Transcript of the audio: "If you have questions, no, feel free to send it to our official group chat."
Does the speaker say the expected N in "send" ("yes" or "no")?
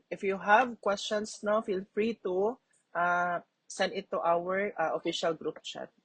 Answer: yes